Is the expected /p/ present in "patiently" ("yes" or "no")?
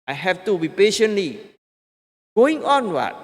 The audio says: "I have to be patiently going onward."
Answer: yes